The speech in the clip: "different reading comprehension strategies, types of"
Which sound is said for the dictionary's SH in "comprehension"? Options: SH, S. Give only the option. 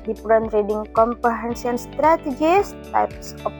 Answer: S